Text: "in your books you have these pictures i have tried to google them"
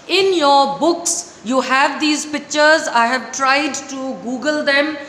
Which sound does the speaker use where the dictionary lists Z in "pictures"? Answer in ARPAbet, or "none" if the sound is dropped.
Z